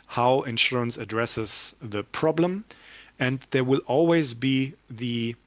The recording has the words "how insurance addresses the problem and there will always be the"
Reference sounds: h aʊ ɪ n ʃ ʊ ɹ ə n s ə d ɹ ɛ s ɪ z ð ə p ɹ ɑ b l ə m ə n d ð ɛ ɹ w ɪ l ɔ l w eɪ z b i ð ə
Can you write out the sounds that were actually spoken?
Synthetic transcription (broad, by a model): h aʊ ɪ n ʃ ʊ ɹ ə n s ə d ɹ ɛ s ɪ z ð ə p ɹ ɑ b l ə m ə n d ð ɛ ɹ w ɪ l ɔ l w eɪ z b i ð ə